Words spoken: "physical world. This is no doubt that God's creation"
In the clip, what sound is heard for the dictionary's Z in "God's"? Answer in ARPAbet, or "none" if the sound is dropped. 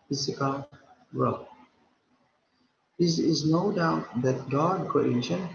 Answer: none